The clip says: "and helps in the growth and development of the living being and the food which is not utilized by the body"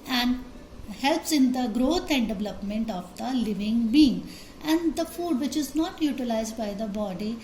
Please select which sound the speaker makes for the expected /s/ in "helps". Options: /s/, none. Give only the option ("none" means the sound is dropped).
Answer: /s/